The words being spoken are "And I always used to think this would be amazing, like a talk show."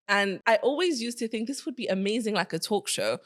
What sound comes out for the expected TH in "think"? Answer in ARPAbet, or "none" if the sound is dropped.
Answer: TH